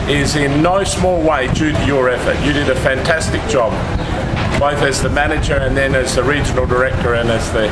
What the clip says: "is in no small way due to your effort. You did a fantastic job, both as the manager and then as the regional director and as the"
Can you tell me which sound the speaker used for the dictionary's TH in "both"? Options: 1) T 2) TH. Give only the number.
2